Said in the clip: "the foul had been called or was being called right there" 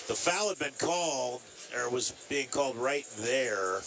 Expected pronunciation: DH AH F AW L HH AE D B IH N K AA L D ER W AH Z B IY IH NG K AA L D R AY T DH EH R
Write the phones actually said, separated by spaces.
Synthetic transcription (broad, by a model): DH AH F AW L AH D B IH N K AA L D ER W AH Z B IY IH NG K AA L D R AY T DH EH R